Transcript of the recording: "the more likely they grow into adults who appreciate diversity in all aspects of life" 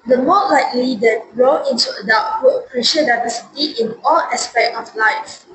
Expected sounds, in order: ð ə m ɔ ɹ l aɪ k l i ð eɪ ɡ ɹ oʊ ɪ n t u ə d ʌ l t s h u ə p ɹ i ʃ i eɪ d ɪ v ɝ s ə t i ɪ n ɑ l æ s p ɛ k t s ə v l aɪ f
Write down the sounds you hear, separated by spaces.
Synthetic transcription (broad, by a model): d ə m ɔ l aɪ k l i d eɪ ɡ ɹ oʊ ɪ n t u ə d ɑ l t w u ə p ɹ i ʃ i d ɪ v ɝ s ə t i ɪ n ɑ l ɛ s p ɛ k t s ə f l aɪ f